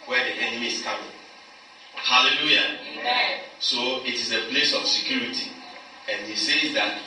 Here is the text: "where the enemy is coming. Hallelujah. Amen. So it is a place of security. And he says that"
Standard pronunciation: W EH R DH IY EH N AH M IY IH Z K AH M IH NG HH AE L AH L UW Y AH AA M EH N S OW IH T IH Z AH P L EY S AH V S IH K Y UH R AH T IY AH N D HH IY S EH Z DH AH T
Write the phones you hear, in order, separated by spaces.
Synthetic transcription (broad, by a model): W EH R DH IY EH N AH M IY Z K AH M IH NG HH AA L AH L UW Y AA S OW IH T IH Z AH P L EY S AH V S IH K Y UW R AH T IY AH N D HH IY S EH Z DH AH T